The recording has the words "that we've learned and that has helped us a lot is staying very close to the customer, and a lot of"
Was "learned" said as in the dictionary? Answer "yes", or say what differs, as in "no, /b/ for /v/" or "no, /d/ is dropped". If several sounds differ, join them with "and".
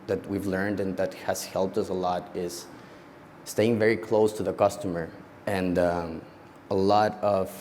yes